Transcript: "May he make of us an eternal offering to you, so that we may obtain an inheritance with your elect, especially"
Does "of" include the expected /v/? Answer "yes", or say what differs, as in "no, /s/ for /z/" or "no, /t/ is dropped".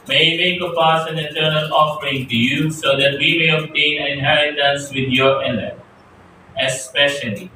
no, /p/ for /v/